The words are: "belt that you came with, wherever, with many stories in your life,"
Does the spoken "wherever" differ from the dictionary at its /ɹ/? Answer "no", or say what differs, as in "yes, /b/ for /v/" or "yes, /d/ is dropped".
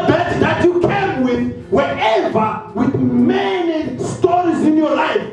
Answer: yes, /ɹ/ is dropped